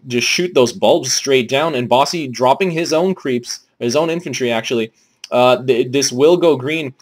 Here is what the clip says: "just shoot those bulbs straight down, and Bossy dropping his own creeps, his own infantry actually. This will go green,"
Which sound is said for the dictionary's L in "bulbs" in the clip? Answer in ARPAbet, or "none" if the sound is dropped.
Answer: L